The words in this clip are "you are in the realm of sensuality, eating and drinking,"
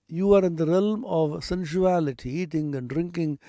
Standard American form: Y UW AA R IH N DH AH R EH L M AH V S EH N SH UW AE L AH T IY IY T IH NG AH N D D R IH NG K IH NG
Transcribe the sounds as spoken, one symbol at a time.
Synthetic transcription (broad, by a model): Y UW AA R IH N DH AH R EH L M AH V S EH N SH UW AE L AH T IY IY T IH NG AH N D D R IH NG K IH NG